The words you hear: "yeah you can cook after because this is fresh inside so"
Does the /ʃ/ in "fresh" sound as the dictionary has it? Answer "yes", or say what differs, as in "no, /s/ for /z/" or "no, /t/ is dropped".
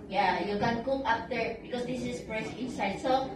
no, /s/ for /ʃ/